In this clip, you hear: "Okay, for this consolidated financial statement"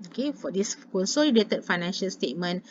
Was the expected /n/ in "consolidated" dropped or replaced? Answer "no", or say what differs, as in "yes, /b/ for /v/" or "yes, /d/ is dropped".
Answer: yes, /l/ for /n/